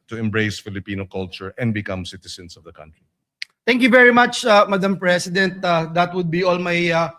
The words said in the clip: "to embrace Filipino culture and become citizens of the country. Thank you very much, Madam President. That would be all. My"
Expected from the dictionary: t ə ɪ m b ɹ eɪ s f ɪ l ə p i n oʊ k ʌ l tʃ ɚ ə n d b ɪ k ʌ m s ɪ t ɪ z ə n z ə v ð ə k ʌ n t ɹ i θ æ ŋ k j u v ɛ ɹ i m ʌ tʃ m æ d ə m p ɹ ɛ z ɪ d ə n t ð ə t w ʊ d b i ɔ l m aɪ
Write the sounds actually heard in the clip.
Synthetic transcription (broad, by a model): t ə ɪ m b ɹ eɪ s f ɪ l ə p i n oʊ k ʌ l tʃ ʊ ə n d b ɪ k ʌ m s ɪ t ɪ s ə n s ə v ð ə k ʌ n t ɹ i t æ ŋ k j u v ɛ ɹ i m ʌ tʃ m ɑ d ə m p ɹ ɛ s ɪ d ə n t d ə t w ʊ d b i ɔ l m aɪ